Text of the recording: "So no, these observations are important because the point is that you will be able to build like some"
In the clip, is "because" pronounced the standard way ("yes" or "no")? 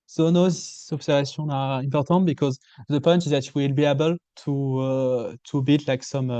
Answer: yes